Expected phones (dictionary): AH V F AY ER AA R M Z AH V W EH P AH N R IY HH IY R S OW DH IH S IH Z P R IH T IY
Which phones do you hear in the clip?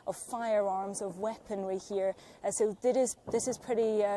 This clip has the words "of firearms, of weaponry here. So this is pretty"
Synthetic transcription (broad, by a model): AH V F AY ER AA R M Z AH V W EH P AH N W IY HH IY R S OW DH IH S IH Z P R IH T IY